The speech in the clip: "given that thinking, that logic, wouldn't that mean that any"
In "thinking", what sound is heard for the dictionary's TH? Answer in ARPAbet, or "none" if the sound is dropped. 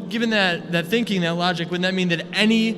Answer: TH